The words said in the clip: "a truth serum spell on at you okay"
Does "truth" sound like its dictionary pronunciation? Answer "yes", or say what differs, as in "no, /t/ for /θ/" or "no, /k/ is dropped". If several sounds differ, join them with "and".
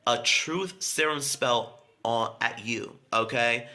yes